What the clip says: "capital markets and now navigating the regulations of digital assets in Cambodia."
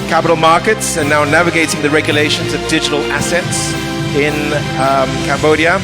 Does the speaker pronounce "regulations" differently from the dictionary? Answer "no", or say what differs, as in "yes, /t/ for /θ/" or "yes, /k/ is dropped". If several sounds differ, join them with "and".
no